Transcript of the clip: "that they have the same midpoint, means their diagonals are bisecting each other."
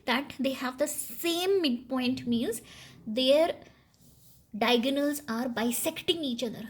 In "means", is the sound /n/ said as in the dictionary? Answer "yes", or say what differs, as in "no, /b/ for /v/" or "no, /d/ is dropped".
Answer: no, /l/ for /n/